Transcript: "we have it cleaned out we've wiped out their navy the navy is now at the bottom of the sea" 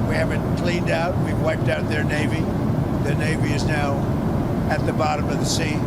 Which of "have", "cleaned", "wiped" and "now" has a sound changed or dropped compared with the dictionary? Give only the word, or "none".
none